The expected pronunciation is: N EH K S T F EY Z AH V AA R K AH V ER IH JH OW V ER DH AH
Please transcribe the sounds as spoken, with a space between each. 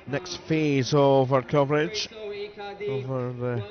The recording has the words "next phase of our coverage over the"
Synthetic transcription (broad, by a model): N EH K S T F EY Z AH V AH R K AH V ER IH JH OW V ER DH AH